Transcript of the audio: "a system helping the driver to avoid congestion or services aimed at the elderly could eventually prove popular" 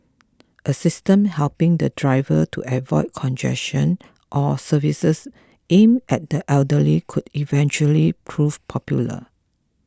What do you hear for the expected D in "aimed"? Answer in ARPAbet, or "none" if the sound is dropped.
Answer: none